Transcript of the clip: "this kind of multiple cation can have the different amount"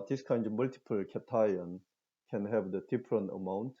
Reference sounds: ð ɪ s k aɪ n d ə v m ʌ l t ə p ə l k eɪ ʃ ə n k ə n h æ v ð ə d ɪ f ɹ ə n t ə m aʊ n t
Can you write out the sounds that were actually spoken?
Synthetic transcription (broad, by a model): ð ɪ s k aɪ n d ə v m ʌ l t ə p ə l k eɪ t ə n k ə n h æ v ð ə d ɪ p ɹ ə n ə m aʊ n t